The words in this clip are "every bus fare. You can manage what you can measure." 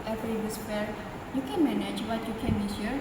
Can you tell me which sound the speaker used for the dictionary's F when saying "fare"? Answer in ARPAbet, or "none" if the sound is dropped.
P